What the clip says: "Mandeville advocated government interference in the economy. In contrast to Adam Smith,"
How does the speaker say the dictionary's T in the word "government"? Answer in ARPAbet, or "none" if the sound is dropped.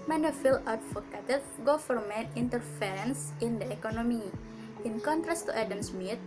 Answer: none